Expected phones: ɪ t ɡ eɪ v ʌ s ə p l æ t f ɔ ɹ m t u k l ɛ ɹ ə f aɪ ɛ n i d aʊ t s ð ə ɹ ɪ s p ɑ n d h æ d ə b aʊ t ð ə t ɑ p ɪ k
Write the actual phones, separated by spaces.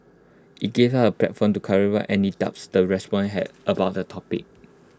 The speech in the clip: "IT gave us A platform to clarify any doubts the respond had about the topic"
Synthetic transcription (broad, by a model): ɪ t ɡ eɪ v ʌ ə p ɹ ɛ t f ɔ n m t u k ɛ ɹ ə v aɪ ɛ n i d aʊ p s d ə ɹ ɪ s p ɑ n h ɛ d ə b aʊ t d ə t ɑ p ɪ k